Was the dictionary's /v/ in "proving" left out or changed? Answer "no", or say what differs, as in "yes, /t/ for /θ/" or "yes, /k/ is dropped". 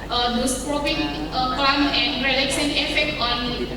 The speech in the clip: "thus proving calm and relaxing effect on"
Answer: yes, /p/ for /v/